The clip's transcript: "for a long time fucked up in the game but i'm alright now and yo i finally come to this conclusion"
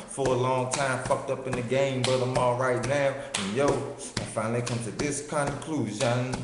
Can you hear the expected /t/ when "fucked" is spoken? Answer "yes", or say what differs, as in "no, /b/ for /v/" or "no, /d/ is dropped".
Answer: yes